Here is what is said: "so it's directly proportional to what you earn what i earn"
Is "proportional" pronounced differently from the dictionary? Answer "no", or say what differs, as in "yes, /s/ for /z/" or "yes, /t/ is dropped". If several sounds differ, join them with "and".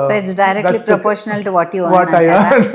no